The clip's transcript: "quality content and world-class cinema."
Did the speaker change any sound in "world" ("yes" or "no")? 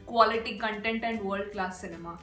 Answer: yes